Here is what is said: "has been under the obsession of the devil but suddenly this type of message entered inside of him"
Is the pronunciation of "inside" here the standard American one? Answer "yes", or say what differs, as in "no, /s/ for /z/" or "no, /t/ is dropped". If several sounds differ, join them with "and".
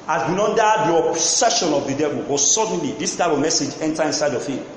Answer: yes